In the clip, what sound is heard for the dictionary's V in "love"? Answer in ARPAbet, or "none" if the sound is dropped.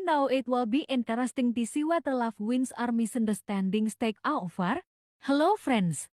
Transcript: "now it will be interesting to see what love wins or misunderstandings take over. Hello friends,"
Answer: F